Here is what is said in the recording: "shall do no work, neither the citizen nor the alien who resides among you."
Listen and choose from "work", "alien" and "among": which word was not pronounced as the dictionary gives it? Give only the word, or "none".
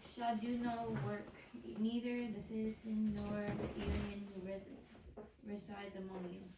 alien